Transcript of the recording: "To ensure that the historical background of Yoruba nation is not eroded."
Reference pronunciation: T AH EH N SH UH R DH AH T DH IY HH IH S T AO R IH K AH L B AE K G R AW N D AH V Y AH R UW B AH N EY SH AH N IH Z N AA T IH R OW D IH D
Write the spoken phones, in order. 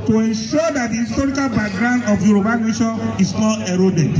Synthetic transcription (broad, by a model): T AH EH N SH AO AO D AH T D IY HH IH S T AO R IH K AH L B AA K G R AW N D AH F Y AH R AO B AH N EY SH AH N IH S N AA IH R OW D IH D